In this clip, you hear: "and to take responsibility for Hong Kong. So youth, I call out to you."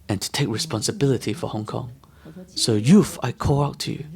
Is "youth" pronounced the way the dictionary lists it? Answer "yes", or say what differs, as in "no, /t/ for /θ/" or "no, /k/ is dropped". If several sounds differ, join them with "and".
no, /f/ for /θ/